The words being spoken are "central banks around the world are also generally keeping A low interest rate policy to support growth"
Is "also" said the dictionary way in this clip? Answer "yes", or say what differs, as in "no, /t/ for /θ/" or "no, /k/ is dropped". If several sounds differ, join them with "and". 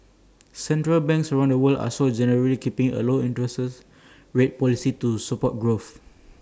no, /l/ is dropped